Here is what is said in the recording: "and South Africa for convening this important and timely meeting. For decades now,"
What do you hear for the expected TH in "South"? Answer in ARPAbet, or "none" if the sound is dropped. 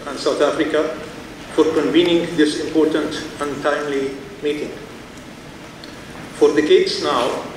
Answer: T